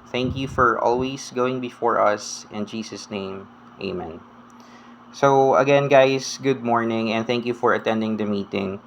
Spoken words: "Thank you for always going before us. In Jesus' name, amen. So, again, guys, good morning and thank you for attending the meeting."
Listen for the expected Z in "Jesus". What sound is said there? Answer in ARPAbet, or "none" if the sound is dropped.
S